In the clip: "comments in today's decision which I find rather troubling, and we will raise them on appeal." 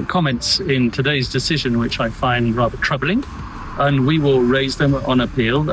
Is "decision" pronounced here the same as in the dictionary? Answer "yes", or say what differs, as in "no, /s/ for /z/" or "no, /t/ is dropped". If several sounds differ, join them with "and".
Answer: yes